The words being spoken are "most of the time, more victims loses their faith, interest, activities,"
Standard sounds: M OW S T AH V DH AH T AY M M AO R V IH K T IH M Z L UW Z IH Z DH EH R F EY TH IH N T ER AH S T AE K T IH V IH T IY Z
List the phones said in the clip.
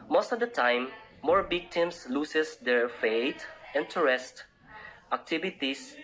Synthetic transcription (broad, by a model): M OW S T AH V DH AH T AY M M AO R B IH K T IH M S L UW S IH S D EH R F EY T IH N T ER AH S T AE K T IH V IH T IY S